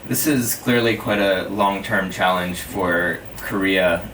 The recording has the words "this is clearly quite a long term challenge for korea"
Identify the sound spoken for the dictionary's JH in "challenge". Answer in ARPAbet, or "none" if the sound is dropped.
ZH